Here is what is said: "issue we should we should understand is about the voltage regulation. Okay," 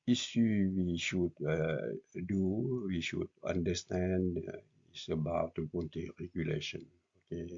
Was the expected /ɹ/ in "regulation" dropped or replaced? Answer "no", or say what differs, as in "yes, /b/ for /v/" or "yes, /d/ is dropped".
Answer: no